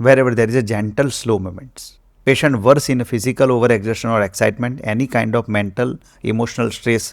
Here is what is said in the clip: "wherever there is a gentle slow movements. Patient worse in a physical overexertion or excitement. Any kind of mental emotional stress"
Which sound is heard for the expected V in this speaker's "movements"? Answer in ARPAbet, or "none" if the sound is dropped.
none